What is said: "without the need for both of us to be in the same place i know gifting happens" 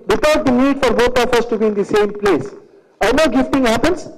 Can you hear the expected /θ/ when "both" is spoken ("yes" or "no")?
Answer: no